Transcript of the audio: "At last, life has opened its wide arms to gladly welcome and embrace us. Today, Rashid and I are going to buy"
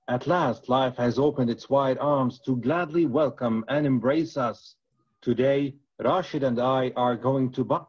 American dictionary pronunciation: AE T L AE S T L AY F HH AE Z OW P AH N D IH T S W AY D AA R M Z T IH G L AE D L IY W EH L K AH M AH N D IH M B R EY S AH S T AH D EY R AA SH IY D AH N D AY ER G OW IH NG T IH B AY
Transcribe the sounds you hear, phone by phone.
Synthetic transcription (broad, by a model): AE T L AE S T L AY F HH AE Z OW P AH N D IH T S W AY D AA R M Z T IH G L AE D L IY W EH L K AH M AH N IH M B R EY S AH S T AH D EY R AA SH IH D AH N D AY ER G OW IH NG T IH B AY